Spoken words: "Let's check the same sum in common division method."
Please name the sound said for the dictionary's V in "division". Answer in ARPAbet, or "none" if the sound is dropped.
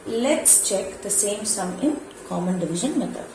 V